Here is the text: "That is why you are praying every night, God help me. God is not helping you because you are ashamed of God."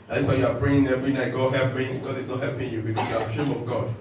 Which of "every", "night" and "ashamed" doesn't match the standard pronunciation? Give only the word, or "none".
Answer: ashamed